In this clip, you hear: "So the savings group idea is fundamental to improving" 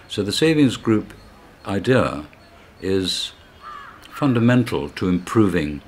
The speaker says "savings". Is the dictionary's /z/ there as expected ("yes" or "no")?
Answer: yes